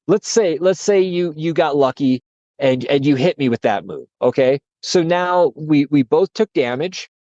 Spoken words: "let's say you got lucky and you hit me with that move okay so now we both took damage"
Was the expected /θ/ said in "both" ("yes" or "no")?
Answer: yes